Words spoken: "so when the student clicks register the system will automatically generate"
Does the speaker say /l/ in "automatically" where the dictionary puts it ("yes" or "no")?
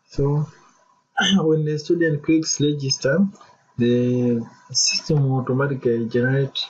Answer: no